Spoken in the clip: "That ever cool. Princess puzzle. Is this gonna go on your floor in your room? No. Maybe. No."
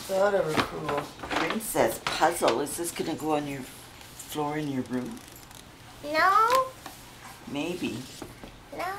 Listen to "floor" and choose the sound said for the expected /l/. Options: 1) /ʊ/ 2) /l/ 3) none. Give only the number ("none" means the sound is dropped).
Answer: 2